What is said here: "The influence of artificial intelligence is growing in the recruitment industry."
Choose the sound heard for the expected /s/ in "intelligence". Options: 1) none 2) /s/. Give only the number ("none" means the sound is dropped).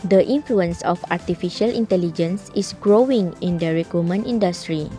2